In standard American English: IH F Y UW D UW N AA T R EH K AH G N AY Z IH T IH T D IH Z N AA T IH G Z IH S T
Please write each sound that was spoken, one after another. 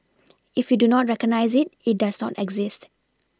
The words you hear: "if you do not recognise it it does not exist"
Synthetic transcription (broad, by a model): IH F Y UW D UW N AA T R EH K AH G N AY Z IH T IH T D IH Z N AA T IH G Z IH S T